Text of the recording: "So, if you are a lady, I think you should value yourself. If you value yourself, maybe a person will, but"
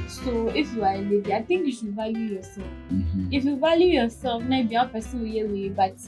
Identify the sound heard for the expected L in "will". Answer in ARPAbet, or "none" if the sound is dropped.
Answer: W